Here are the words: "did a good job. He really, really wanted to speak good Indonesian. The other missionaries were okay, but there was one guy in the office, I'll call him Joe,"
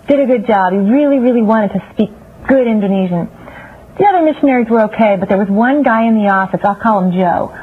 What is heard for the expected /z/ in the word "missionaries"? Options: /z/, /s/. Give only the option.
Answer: /z/